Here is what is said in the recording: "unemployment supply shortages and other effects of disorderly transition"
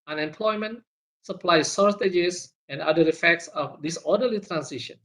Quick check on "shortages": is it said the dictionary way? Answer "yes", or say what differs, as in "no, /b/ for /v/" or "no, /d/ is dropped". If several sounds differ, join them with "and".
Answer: no, /s/ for /ʃ/ and /s/ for /z/